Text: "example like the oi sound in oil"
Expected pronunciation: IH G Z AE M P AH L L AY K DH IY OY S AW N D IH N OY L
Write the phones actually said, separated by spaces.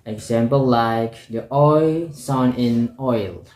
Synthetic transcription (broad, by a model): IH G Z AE M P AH L L AY K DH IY OY S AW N IH N OY L